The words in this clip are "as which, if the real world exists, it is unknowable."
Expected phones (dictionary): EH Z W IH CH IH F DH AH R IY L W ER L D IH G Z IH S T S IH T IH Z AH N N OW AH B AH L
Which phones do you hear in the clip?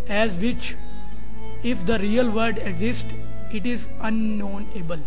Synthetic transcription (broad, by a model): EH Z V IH CH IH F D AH R IY L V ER D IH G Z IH S T IH T IH Z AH N N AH B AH L